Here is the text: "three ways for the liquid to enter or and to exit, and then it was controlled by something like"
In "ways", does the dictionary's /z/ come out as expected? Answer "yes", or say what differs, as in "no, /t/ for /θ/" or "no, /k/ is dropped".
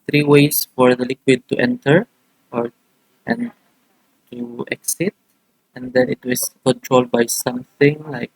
no, /s/ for /z/